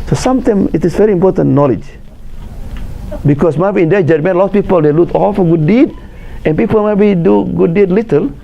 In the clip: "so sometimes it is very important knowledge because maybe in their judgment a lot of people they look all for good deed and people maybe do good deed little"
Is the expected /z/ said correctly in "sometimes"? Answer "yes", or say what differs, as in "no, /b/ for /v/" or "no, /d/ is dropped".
no, /z/ is dropped